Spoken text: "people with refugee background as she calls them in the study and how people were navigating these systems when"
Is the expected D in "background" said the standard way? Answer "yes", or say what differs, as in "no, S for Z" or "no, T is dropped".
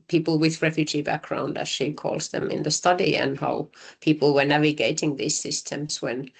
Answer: yes